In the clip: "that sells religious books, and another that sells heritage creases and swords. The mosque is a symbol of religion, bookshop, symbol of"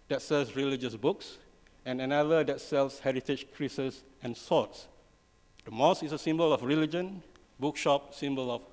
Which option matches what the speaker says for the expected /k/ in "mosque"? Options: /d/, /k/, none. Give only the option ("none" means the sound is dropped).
none